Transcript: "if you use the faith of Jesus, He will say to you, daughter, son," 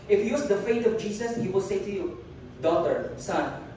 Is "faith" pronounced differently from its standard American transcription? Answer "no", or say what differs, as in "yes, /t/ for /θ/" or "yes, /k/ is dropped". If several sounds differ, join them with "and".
yes, /t/ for /θ/